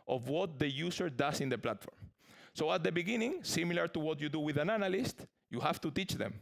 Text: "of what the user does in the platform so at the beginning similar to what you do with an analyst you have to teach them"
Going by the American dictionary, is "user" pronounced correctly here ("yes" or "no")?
no